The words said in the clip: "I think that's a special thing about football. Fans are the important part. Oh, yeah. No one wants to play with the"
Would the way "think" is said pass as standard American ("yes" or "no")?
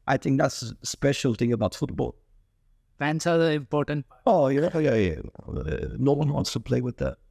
yes